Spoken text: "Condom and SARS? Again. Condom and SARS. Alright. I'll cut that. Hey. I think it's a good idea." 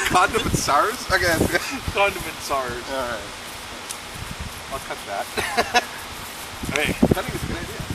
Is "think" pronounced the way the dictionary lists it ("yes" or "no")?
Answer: no